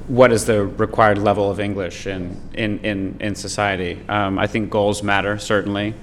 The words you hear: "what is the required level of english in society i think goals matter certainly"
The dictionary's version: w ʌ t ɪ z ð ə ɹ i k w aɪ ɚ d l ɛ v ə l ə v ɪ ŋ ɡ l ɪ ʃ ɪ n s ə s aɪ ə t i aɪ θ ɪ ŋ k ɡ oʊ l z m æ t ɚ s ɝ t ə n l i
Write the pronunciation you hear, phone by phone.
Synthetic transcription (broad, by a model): w ʌ t ɪ z ð ə ɹ i k w aɪ ɚ d l ɛ v l ə v ɪ ŋ ɡ l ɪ ʃ ɪ n s ə s aɪ ə t i aɪ θ ɪ ŋ k ɡ oʊ l z m æ t ɚ s ɝ t n l i